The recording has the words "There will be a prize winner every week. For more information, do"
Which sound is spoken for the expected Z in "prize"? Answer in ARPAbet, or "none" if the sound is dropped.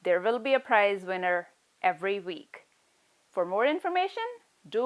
Z